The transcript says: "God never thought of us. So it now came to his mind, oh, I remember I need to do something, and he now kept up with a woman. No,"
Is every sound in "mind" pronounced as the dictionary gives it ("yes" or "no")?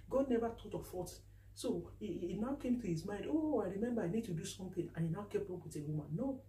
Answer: yes